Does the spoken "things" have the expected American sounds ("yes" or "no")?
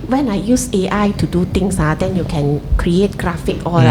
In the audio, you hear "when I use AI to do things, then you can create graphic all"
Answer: no